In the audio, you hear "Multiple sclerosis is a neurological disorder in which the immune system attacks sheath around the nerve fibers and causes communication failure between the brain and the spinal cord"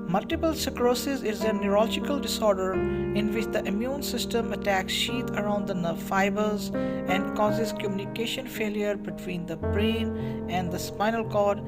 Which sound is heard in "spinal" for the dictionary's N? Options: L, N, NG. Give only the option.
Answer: N